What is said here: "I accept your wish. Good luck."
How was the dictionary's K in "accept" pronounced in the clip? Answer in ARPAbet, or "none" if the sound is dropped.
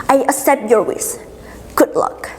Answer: none